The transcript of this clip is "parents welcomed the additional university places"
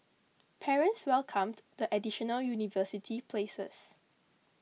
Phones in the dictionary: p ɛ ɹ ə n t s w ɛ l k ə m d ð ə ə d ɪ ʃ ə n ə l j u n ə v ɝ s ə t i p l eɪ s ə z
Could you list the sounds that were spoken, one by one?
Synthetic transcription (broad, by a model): p ɛ ɹ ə n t s w ɛ l k ə m d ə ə d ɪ ʃ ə n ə l j u n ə v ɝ s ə t i p l eɪ s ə s